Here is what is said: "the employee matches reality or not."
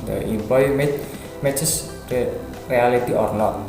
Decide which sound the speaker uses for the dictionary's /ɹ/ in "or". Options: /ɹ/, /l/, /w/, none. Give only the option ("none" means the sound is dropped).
/ɹ/